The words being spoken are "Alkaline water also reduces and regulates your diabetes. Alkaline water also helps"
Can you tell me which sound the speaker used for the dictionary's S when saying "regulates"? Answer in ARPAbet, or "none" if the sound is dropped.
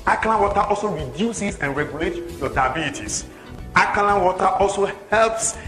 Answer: none